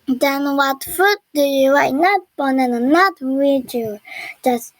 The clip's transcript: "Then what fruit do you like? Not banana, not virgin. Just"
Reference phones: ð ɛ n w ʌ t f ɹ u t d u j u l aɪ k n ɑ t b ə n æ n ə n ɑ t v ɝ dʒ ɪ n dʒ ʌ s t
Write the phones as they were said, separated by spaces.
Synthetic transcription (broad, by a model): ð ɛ n w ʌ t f u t d u j u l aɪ n ɑ t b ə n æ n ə n ɑ t w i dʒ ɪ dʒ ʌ s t